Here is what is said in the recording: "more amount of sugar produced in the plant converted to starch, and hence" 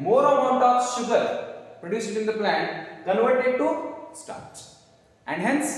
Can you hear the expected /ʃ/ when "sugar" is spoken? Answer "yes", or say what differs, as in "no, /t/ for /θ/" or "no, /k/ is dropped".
yes